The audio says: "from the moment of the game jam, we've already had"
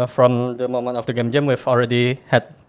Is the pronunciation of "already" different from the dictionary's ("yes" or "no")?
no